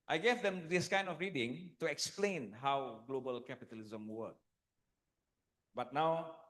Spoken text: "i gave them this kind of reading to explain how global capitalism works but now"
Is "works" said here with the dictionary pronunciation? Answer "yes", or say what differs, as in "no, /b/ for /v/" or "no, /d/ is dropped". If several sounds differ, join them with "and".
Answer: no, /s/ is dropped